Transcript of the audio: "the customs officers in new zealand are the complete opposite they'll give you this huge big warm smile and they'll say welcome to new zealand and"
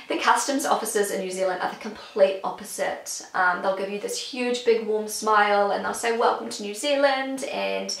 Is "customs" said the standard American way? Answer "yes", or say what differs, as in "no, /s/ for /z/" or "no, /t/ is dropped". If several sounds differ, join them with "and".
yes